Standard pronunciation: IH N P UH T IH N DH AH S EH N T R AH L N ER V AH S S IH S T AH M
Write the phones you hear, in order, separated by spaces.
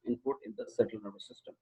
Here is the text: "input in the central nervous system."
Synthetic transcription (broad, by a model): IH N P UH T IH N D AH S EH T AH L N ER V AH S S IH S T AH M